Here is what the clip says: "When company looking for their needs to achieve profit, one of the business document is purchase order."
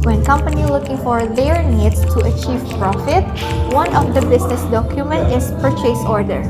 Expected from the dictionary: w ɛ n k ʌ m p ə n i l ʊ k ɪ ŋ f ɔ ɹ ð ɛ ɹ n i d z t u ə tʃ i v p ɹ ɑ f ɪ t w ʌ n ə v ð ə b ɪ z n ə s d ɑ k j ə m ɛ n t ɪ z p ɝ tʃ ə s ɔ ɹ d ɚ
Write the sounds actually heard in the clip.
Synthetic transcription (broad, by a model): w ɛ n k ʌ m p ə n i l ʊ k ɪ ŋ f ɔ ɹ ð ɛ ɹ n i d s t u ə tʃ i v p ɹ ɑ f ɪ t w ʌ n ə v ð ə b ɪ s n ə s d ɑ k j ə m ɛ n t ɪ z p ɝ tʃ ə s ɔ ɹ d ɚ